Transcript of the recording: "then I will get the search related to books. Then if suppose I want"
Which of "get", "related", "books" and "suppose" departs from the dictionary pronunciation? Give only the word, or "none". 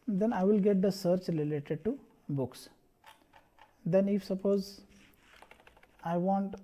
none